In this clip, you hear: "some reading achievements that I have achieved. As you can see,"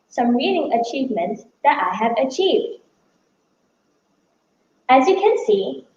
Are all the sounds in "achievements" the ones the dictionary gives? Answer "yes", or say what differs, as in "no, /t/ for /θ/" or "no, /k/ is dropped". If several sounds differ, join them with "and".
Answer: yes